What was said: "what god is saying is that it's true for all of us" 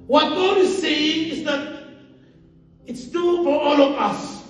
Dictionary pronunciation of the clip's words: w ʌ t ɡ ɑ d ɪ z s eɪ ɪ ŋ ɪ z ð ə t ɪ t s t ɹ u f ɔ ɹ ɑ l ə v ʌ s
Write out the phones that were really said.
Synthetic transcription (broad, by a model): w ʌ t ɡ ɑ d ɪ z s eɪ ɪ ŋ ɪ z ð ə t ɪ t s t u f ɔ ɹ ɑ l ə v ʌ s